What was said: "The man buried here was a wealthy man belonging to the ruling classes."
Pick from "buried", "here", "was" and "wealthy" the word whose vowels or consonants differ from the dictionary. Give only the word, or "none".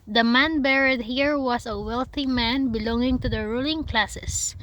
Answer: was